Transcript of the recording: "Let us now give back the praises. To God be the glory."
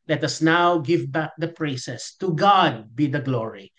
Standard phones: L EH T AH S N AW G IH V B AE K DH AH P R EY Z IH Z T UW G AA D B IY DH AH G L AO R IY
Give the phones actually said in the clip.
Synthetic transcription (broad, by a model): L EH T AH S N AW G IH V B AE K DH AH P R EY S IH S T UW G AA D B IY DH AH G L AO R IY